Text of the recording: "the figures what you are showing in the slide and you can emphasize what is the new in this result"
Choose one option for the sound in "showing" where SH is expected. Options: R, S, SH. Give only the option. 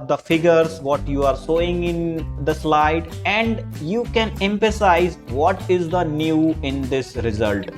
S